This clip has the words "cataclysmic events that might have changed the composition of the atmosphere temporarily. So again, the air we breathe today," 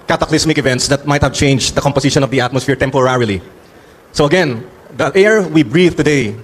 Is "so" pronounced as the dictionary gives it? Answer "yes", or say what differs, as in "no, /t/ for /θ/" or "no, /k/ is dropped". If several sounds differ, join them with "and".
yes